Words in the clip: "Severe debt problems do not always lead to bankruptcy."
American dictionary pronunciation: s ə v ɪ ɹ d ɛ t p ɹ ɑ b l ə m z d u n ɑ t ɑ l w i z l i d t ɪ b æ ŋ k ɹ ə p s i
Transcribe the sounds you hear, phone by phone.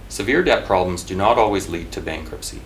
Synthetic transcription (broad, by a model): s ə v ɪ ɹ d ɛ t p ɹ ɑ b l ə m z d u n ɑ t ɑ l w i z l i d t ɪ b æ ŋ k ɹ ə p s i